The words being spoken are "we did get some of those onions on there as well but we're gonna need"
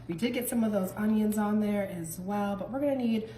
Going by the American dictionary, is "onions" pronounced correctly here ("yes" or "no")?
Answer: yes